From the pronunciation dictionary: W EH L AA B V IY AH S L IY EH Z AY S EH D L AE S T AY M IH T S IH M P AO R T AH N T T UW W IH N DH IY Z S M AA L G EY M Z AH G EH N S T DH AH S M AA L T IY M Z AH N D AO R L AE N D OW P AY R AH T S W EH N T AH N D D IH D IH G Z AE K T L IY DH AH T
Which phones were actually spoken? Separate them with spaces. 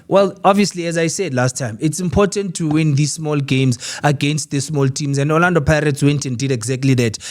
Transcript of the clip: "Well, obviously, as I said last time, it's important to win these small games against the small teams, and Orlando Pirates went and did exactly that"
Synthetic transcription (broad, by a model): W EH L AA B V IY AH S L IY EH Z AY S EH D L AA S T AY M IH T S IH M P AO T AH N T T UW W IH N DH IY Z S M AA L G EY M Z AH G EH N S T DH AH S M AA L T IY M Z AH N D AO L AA N D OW P AY R AH T S W EH N T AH N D D IH D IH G Z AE K T L IY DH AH T